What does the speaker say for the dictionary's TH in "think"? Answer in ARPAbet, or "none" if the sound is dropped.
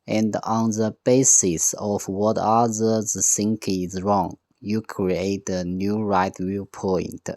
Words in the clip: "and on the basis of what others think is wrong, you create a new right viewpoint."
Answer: S